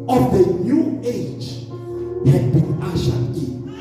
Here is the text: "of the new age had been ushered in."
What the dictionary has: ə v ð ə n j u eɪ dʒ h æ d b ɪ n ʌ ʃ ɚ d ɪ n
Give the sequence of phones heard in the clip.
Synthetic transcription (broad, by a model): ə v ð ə n j u eɪ dʒ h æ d b ɪ n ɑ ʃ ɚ ɪ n